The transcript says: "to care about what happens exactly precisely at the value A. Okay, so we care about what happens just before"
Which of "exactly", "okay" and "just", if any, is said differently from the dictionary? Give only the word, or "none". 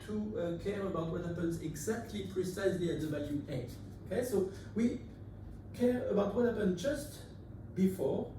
none